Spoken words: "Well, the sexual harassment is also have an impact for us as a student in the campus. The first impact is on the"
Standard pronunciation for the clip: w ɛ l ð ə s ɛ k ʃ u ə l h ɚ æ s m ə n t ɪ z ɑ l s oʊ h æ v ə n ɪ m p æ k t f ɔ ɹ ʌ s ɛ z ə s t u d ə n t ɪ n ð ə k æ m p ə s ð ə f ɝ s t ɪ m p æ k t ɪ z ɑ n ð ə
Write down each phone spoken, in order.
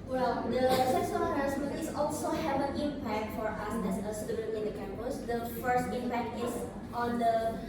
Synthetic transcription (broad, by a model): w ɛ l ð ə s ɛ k s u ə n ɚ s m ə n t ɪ s ɑ l s oʊ h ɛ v ə n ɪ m p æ k t f ɔ ɹ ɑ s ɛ s ə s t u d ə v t ɪ n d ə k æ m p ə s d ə f ɝ s t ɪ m p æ k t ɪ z ɑ n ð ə